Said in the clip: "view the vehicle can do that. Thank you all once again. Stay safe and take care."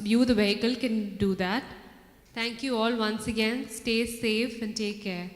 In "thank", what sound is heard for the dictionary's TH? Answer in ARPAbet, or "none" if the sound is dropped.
T